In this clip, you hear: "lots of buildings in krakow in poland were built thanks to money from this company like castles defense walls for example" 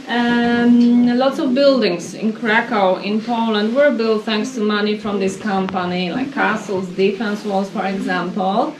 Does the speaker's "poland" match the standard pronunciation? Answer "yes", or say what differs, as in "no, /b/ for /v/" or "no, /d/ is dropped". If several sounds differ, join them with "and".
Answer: yes